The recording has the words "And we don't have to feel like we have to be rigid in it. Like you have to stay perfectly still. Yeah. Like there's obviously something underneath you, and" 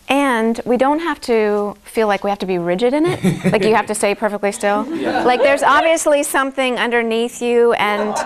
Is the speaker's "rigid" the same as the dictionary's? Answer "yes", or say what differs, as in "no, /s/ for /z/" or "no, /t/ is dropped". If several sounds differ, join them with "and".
yes